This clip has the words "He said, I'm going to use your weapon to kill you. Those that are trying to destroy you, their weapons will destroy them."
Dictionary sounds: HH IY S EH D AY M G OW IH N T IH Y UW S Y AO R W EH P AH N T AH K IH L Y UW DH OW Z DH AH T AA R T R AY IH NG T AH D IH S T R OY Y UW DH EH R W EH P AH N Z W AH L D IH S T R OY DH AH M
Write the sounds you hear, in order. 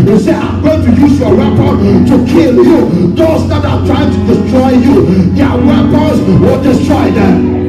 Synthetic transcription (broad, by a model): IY S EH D AY M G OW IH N T IH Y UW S Y AO R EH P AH T AH K IH L Y UW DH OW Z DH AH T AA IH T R AY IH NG T AH D IH S T R OY Y UW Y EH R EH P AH Z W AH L D IH S T R OY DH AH